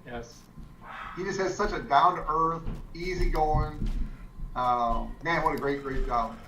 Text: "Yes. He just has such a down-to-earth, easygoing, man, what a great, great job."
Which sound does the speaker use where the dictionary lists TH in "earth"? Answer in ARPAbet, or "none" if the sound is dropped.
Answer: TH